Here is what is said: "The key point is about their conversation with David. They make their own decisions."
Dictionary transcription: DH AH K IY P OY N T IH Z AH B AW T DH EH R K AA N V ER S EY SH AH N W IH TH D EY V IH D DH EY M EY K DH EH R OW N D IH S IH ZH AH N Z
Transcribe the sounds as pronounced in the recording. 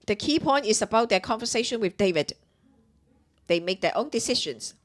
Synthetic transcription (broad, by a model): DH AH K IY P OY N T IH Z AH B AW T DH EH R K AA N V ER S EY SH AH N W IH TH D EY V IH D DH EY M EY K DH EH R OW N D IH S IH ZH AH N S